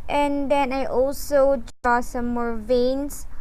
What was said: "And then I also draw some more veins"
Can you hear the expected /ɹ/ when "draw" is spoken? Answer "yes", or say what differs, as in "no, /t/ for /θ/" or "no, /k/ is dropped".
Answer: no, /ɹ/ is dropped